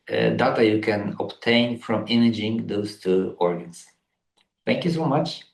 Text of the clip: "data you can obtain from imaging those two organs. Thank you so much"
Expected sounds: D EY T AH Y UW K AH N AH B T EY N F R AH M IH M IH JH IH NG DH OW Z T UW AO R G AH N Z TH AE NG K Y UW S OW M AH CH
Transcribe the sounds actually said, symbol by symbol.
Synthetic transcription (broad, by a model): D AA T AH Y UW K AH N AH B T EY N F R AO M IH M IH JH IH NG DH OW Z T UW AO R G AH N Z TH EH NG K Y UW S OW M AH CH